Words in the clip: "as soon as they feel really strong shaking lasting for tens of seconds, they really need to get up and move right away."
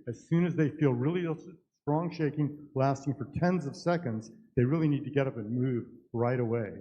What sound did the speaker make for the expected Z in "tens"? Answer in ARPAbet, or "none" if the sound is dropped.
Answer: Z